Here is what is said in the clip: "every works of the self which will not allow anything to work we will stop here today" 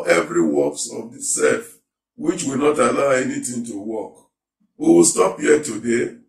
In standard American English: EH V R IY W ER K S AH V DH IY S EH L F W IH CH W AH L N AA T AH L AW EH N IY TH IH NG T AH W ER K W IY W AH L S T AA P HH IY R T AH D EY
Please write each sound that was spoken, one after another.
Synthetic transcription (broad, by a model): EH V R IY W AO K S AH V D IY S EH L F W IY CH W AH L N AA T AH L AW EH N IY T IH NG T AH W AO K W IY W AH S T AA P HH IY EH T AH D EY